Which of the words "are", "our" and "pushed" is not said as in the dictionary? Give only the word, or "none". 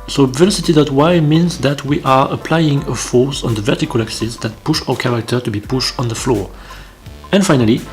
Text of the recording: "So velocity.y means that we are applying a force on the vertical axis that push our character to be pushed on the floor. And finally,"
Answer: none